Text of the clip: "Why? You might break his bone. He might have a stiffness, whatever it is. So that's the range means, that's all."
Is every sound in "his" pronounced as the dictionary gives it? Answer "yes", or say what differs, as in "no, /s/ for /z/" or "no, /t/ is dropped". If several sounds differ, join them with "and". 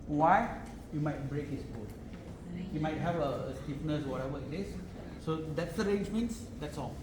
no, /s/ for /z/